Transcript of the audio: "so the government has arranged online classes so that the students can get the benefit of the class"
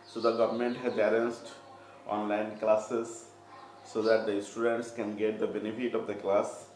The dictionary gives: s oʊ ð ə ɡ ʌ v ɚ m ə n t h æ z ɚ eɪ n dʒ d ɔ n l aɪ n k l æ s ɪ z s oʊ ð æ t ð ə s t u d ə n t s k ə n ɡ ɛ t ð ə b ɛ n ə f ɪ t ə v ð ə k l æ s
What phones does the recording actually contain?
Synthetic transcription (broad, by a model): s oʊ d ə ɡ ʌ v ɚ m ə n t h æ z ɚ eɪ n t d ɔ n l aɪ n k l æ s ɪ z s oʊ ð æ t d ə s t u d ə n t s k ə n ɡ ɛ t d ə b ɛ n ə f ɪ t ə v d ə k l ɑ s